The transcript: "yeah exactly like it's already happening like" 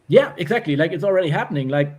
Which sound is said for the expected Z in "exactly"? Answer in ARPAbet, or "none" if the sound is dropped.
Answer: Z